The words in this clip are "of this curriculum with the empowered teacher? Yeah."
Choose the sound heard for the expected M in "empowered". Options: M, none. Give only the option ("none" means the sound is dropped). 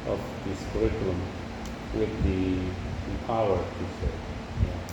none